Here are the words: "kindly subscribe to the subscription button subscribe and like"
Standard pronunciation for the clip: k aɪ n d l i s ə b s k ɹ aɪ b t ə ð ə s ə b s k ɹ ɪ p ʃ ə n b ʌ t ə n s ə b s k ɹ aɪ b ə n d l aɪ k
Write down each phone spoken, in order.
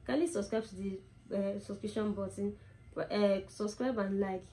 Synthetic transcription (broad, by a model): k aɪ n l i s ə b s k ɹ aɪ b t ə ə s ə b s k ɹ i ʃ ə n b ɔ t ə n s ə b s k ɹ aɪ b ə n l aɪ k